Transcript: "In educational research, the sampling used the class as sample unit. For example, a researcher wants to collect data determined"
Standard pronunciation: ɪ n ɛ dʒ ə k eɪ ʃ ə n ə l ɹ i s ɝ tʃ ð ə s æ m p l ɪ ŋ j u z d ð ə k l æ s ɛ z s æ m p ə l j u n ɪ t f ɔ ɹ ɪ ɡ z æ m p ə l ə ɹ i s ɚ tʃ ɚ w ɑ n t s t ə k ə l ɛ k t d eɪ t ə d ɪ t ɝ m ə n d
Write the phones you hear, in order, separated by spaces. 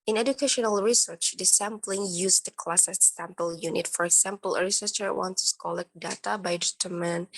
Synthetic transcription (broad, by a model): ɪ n ɛ dʒ ə k eɪ ʃ ə n ə l ɹ i s ɝ tʃ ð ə s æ m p l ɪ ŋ j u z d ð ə k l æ s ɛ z s æ m p ə l j u n ɪ t f ɔ ɹ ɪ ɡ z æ m p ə l ə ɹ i s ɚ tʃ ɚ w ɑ n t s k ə l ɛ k d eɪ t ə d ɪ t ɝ m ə n